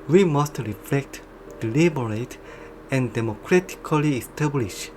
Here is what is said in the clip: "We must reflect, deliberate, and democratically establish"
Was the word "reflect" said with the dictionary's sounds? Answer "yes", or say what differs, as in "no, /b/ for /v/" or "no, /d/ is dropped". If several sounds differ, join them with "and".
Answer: yes